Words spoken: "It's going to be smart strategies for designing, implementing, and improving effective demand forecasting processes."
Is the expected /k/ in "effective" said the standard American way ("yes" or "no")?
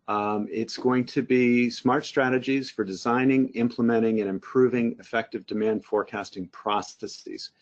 yes